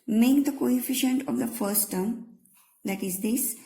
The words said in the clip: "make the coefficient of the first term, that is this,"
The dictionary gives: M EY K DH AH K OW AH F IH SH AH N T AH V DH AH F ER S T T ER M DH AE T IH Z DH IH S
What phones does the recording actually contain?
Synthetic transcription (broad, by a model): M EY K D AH K OW AH F IH SH AH N T AH V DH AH F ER S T T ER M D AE T IH Z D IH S